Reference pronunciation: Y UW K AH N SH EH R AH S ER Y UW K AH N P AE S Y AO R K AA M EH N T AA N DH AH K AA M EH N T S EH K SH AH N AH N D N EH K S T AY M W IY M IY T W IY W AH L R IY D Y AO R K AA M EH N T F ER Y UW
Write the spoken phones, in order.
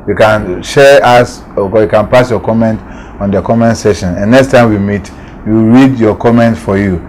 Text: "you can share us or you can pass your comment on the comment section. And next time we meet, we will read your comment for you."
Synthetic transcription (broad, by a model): Y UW K AH N SH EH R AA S Y UW K AH N P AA S Y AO K AA M EH N T AA N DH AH K AA M EH N T S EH SH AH N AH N N EH K S T AY M W IY M IY T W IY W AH R IY D Y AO K AA M EH N T F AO Y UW